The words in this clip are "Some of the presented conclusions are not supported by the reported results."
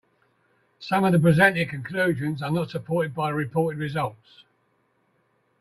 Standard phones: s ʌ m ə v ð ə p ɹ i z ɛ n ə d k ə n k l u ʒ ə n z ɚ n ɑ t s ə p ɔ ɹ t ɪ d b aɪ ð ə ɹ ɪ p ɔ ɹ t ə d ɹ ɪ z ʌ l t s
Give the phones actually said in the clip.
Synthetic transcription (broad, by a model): s ʌ m ə v ð ə p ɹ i z ɛ n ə k ə n k l u ʒ ə n z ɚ n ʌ t s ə p ɔ t ɪ d b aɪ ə ɹ ɪ p ɔ t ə d ɹ ɪ z ʌ l t s